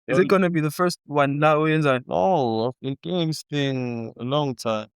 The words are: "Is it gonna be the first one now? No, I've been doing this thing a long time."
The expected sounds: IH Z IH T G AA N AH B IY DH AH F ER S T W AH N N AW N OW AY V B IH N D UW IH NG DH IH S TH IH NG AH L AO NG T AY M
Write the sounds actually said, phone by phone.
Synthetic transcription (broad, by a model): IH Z IH T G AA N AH B IY DH AH F ER S T W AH N L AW N OW AY V B IH N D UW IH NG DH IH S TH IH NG AH L AO NG T AY M